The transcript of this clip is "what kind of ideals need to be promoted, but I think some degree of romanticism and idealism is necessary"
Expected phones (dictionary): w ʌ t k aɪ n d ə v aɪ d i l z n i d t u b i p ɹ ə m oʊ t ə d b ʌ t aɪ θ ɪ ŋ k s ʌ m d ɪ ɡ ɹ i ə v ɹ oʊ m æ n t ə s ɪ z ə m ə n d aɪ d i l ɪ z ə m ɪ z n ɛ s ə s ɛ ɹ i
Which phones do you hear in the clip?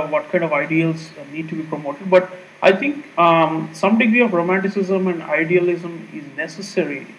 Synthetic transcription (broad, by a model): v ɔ t k aɪ n d ə v aɪ d i l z n i d t u b i p ɹ ə m oʊ t ə d b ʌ t aɪ t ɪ ŋ k s ʌ m d ɪ ɡ ɹ i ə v ɹ oʊ m æ n t ə s ɪ z ə m ə n d aɪ d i l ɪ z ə m ɪ z n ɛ s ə s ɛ ɹ i